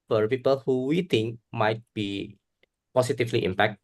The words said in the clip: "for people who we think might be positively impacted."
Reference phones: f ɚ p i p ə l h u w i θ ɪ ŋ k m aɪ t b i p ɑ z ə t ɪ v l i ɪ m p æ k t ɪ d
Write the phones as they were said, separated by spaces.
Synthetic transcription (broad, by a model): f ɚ p i p ə l h u w i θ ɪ ŋ k m aɪ t b i p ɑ s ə t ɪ f l i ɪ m p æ k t